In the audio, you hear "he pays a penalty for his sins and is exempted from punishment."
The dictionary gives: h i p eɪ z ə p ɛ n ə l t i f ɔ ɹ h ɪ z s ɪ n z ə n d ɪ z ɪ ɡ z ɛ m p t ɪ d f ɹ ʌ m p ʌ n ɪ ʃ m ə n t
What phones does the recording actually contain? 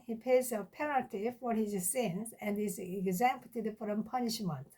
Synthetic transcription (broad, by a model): h i p eɪ z ə p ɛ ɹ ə t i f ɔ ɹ h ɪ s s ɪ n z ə n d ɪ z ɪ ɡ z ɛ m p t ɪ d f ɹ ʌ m p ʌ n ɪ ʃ m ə n t